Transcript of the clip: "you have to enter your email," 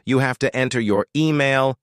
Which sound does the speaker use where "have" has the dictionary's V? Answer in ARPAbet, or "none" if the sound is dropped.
F